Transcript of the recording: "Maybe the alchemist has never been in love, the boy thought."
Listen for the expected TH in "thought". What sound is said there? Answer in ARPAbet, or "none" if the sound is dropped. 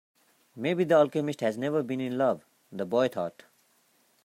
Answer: T